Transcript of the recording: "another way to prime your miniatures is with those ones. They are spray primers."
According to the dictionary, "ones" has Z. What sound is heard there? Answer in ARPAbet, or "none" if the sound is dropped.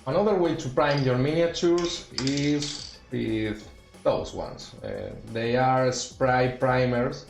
S